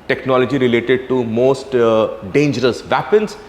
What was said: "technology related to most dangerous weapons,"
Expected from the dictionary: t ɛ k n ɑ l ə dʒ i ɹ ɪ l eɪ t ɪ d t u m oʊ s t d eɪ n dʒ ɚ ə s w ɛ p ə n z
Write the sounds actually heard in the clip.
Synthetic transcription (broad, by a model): t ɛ k n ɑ l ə dʒ i ɹ ɪ l eɪ t ɪ d t u m oʊ s t d eɪ n dʒ ɚ ə s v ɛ p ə n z